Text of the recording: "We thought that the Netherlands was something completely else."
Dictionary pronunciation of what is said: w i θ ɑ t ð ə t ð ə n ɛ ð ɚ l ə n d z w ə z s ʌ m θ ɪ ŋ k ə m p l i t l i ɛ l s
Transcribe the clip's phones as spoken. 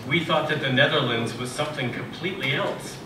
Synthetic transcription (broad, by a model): w i θ ɑ t ð ə t ð ə n ɛ ð ɚ l ə n d z w ə z s ʌ m θ ɪ ŋ k ə m p l i t l i ɛ l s